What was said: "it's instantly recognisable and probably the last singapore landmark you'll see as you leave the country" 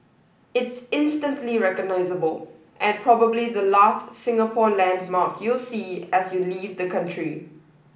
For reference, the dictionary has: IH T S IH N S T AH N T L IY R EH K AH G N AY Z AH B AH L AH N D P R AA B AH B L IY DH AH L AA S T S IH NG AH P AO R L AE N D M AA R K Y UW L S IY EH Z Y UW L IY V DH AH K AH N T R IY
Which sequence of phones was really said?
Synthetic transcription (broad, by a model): IH T S IH N S T AH N T L IY R EH K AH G N AY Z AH B AH L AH N P R AA B AH B L IY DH AH L AA S T S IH NG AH P AO L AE N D M AA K Y UW L S IY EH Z Y UW L IY V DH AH K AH N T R IY